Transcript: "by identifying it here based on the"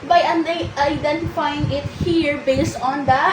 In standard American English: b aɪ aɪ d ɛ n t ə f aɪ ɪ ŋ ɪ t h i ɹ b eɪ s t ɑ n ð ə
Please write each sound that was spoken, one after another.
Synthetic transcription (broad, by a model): b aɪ aɪ d ɛ n t ə f aɪ ɪ ŋ ɪ t h i ɹ b eɪ s t ɑ n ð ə